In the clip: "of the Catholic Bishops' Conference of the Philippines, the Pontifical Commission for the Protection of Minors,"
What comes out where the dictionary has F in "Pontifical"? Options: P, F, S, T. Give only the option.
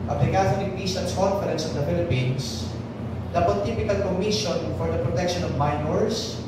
P